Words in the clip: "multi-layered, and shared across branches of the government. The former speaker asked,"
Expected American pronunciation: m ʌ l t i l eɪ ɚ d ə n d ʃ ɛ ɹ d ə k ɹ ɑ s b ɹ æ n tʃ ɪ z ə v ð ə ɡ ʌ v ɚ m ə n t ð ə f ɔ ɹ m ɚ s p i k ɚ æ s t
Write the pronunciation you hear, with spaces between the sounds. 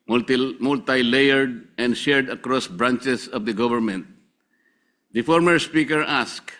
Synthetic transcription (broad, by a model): m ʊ l t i l eɪ ɚ d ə n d ʃ ɛ ɹ d ə k ɹ ɑ s b ɹ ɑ n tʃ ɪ s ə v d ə ɡ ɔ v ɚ m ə n t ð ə f ɔ ɹ m ɚ s p i k ɚ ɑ s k